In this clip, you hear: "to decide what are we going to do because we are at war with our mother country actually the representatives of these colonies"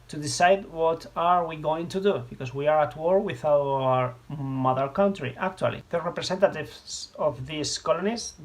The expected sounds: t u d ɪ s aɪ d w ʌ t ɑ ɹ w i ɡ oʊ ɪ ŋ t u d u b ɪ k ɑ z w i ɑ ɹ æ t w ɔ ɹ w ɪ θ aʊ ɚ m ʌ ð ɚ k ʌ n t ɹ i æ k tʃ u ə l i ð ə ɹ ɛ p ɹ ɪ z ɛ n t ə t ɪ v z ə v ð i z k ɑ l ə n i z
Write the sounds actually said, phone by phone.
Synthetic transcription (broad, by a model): t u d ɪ s aɪ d w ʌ t ɑ ɹ w i ɡ oʊ ɪ ŋ t u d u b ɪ k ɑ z w i ɑ ɹ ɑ t w ɔ ɹ w ɪ θ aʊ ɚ m ʌ ð ɚ k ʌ n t ɹ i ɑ k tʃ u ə l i ð ə ɹ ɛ p ɹ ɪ s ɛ n t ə t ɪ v s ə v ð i s k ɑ l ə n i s